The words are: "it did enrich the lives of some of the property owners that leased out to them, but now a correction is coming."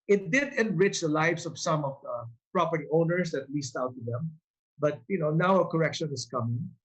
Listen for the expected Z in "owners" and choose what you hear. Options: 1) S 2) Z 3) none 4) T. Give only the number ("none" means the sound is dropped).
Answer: 1